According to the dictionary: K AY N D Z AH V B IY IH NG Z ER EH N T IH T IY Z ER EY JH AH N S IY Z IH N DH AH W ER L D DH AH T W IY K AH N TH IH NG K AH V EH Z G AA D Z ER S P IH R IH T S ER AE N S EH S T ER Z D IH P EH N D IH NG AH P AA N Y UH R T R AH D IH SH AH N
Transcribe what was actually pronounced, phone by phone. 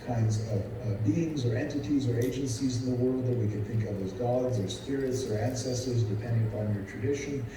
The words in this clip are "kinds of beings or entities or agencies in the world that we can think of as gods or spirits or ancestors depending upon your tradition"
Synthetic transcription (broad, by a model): K AY N D Z AH V B IY IH NG Z ER EH N T IH T IY Z ER EY JH AH N S IY Z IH N DH AH W ER L D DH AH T W IY K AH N TH IH NG K AH V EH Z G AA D Z ER S P IH R IH T S ER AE N S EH S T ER Z D IH P EH N D IH NG AH P AA N Y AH R T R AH D IH SH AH N